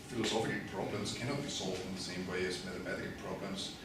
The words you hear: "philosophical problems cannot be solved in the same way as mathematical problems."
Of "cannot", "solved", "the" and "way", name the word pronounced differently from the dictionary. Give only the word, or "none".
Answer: none